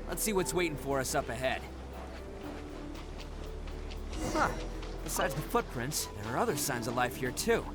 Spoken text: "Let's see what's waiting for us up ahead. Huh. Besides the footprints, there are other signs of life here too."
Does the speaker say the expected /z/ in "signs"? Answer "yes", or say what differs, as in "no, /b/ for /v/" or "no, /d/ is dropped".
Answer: yes